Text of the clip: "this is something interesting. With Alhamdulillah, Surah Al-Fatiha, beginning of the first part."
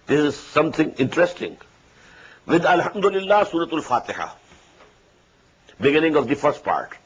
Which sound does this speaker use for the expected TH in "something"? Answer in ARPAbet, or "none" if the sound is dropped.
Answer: T